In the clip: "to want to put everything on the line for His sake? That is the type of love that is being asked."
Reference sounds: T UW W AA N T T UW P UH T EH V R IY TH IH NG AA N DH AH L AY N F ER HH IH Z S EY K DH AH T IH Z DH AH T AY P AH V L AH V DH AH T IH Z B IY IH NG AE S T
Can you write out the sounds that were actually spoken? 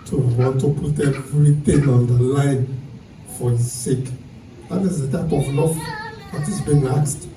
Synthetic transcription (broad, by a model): T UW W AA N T T UW P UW T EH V R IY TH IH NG AA N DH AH L AY N F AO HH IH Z S EY K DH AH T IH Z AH T AY P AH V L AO F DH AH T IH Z B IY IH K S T